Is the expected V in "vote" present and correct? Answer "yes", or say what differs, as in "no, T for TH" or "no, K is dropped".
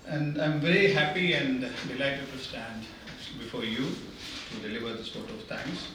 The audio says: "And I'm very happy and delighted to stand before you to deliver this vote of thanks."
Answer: no, P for V